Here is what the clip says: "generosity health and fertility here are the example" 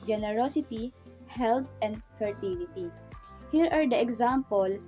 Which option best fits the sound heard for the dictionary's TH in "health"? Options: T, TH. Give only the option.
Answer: T